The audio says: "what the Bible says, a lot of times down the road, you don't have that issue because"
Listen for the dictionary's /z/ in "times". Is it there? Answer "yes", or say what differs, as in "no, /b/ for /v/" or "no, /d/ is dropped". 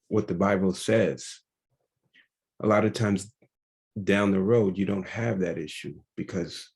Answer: yes